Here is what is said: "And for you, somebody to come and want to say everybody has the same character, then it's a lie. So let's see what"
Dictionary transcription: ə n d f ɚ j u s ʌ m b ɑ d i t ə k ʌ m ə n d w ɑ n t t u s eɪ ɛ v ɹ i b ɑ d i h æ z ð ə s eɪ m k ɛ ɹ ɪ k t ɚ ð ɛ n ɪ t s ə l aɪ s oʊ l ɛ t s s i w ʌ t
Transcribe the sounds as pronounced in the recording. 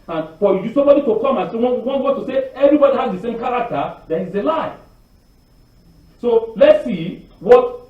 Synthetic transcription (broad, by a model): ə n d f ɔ j u s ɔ m b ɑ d i t ə k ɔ m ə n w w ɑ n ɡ t u s eɪ ɛ v ɹ i b ɑ d i h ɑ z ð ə s eɪ m k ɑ ɹ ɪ k t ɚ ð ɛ ɪ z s ə l aɪ s oʊ l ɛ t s s i w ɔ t